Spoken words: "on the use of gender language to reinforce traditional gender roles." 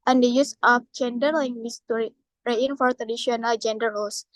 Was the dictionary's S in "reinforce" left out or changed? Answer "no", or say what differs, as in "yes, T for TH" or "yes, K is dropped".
yes, S is dropped